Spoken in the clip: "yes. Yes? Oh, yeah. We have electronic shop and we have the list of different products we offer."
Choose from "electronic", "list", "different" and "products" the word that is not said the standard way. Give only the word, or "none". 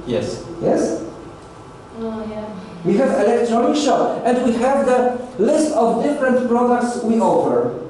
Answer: none